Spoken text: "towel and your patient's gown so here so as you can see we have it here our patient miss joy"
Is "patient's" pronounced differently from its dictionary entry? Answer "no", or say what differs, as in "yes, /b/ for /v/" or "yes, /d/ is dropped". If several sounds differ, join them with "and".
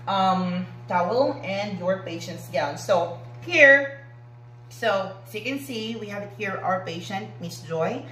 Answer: no